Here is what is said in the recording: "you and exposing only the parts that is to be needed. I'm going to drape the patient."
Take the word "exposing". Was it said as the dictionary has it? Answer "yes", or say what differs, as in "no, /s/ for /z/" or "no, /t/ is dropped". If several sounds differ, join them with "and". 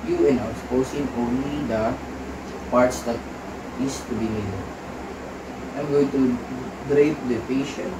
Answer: no, /s/ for /z/